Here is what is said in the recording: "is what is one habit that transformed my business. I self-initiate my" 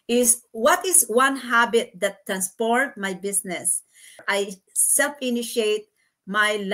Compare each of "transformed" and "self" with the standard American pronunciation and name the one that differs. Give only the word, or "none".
transformed